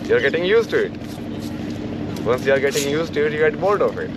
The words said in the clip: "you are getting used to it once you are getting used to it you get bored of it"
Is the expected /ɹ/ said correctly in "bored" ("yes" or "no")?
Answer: no